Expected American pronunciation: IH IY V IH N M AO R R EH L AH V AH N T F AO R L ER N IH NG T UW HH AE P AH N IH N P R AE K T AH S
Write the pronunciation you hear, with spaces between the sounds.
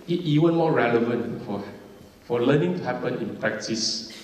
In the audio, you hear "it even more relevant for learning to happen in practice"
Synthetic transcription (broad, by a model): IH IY W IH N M AO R R EH L AH V AH N T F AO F L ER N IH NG T UW HH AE P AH N IH N P R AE K T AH S